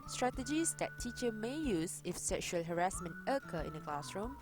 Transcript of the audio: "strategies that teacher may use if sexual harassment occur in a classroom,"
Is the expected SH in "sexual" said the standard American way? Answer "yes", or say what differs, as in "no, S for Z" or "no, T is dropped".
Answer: yes